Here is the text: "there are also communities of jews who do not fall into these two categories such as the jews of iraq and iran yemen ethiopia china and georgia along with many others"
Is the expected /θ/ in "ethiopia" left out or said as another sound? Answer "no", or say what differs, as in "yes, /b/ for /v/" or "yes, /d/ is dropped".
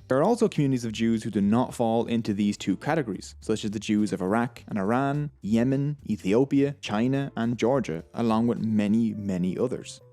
no